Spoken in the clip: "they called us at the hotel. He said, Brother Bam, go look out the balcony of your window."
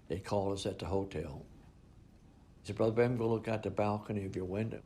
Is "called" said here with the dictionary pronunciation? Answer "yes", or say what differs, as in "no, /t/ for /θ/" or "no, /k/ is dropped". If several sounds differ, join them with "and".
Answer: no, /d/ is dropped